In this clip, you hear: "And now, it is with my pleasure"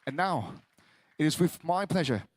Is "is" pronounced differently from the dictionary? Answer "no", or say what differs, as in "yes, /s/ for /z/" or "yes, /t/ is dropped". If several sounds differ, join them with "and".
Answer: no